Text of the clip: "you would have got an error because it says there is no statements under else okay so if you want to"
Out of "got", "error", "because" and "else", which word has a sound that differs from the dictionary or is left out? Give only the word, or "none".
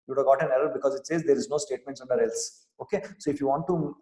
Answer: none